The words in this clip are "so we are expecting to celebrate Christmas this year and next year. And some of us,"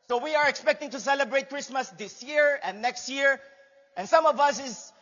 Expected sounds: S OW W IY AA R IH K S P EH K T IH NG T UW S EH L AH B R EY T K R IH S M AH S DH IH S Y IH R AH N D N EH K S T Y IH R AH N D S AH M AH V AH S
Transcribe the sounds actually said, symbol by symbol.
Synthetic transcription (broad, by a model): S OW W IY AA R IH K S P EH K T IH NG T UW S EH L AH B R EY T K R IH S M AH S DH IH S Y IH R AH N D N EH K S T Y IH R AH N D S AH M AH V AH S